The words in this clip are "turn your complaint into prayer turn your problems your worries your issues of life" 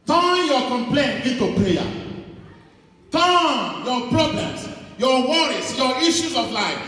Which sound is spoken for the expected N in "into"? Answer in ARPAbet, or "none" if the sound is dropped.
none